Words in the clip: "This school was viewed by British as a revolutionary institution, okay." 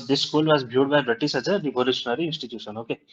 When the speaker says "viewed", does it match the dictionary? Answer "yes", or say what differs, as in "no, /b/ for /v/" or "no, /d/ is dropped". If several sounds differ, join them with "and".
no, /b/ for /v/